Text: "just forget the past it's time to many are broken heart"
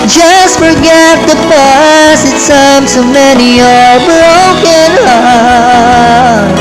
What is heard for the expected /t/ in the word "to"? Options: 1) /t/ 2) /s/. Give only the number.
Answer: 2